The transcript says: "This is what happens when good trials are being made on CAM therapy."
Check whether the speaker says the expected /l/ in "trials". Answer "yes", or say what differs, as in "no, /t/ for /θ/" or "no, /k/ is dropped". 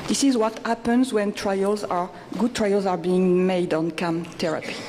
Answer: yes